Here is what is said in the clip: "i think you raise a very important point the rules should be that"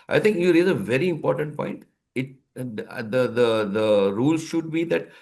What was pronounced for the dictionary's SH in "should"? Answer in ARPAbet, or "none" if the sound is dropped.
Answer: SH